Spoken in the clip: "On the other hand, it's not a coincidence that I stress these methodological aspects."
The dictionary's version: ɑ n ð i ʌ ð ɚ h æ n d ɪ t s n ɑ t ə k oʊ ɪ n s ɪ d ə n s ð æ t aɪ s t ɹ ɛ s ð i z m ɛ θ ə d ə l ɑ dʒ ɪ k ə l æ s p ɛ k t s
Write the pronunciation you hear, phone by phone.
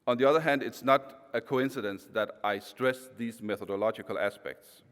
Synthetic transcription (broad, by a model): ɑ n ð i ʌ ð ɚ h æ n d ɪ t s n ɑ t ə k oʊ ɪ n s ɪ d ə n s ð æ t aɪ s t ɹ ɛ s ð i z m ɛ θ ə d ə l ɑ dʒ ɪ k ə l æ s p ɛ k t s